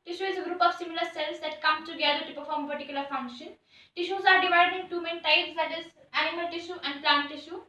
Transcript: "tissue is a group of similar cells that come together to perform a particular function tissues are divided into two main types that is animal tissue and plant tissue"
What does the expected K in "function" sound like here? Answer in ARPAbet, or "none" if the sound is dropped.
none